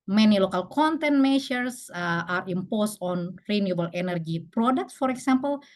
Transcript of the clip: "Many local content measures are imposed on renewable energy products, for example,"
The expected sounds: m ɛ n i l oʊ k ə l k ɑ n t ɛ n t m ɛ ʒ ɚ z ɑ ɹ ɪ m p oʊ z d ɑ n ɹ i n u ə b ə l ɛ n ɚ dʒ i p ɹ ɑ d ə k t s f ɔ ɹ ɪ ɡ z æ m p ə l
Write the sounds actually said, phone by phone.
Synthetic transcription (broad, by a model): m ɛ n i l oʊ k ə l k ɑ n t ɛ n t m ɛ ʃ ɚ s ɑ ɹ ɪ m p oʊ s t ɑ n ɹ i n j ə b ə l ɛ n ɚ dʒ i p ɹ ɑ d ə k t s f ɔ ɹ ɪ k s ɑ m p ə l